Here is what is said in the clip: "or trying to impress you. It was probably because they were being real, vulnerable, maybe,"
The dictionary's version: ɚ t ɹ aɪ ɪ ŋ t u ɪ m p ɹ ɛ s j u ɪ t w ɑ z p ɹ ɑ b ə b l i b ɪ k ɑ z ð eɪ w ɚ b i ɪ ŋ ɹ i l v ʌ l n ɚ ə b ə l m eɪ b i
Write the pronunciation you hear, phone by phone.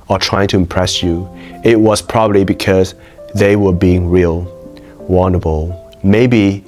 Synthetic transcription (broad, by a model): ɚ t ɹ aɪ ɪ ŋ t u ɪ m p ɹ ɛ s j u ɪ t w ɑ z p ɹ ɑ b ə b l i b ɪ k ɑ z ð eɪ w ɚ b i ɪ ŋ ɹ i l w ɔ n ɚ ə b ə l m eɪ b i